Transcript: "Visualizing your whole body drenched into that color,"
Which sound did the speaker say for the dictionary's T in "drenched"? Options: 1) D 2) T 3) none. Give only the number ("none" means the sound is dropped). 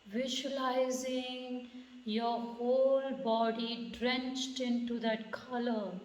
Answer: 2